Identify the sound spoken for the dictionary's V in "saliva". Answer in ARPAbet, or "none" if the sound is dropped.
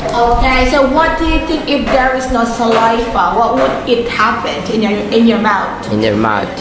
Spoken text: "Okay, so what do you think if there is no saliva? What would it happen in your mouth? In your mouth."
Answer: F